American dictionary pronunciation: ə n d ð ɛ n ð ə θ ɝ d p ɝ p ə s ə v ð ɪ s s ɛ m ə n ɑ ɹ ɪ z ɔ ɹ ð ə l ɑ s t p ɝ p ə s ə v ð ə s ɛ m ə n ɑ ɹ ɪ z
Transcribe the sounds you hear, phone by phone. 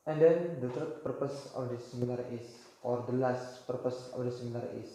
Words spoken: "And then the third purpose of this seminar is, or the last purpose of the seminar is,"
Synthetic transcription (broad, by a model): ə n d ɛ n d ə t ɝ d p ɝ p ə s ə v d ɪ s s ɛ m ə n ɑ ɹ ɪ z ɔ ɹ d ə l ɑ s t p ɝ p ə s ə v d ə s ɛ m ə n ɑ ɹ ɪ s